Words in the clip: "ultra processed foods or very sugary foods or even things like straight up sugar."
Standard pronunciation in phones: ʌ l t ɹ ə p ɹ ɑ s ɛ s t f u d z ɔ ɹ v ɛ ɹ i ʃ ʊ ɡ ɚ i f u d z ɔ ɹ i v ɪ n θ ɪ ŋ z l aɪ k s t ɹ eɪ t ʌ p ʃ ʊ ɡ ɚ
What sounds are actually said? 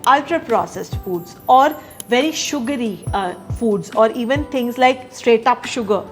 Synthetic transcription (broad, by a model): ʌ l t ɹ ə p ɹ ɑ s ɛ s t f u d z ɔ ɹ v ɛ ɹ i ʃ ʊ ɡ ɚ i f u d z ɔ ɹ i v ɪ n t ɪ ŋ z l aɪ k s t ɹ eɪ t ʌ p ʃ ʊ ɡ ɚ